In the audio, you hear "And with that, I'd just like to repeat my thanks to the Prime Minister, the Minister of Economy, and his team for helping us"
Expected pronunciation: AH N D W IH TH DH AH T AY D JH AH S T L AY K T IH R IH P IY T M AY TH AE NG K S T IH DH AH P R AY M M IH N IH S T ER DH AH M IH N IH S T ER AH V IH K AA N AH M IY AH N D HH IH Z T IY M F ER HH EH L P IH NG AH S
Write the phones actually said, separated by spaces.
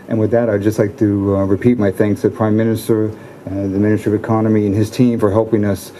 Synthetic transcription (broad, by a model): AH N W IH DH AH T AY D JH AH S T L AY K T IH R IH P IY T M AY TH AE NG K S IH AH P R AY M M IH N IH S T ER DH AH M IH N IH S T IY AH V IH K AA N AH M IY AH N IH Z T IY M F ER HH EH L P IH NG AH S